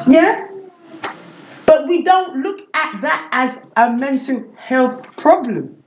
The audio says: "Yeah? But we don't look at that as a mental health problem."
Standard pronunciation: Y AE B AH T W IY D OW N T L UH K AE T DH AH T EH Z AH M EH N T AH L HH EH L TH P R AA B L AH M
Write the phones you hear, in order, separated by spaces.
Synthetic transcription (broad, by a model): Y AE B AH T W IY D OW N T L UH K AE T DH AH T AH Z AH M EH N T AH L HH EH L TH P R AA B L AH M